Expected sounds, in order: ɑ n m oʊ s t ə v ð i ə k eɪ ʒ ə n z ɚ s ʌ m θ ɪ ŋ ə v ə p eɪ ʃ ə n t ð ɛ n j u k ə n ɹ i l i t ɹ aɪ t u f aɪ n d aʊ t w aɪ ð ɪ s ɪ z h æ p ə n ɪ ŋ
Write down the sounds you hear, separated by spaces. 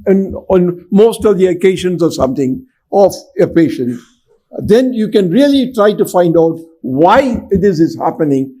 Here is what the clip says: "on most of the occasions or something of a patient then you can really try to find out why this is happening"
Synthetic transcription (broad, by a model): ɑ n m oʊ s t ə v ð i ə k eɪ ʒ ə n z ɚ s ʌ m t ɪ ŋ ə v ə p eɪ ʃ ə n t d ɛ n j u k ə n ɹ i l i t ɹ aɪ t u f aɪ n d aʊ t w aɪ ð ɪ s ɪ z h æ p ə n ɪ ŋ